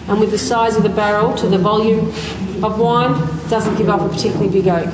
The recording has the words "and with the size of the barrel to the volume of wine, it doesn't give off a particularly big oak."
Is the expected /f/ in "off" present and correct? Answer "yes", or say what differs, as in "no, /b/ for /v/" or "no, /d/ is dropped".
no, /p/ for /f/